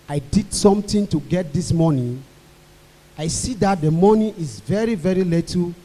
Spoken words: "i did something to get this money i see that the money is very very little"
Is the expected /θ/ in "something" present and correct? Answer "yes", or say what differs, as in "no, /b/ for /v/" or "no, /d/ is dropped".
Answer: no, /t/ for /θ/